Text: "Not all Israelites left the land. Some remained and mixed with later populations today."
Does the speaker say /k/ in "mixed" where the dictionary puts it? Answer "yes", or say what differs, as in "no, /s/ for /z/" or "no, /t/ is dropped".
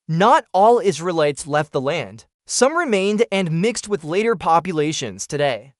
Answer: yes